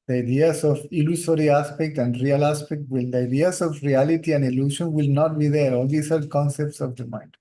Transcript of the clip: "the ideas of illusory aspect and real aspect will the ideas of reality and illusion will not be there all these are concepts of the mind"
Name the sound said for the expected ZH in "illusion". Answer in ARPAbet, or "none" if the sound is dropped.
SH